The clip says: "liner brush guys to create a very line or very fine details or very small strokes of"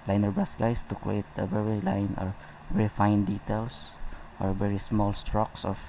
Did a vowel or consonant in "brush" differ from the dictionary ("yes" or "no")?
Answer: yes